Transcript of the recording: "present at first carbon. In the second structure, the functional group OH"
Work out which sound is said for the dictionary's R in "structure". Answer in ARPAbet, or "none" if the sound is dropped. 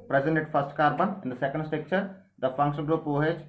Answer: none